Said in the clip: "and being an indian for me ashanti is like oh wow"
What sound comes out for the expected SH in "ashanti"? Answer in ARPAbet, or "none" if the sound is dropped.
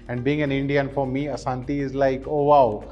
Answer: S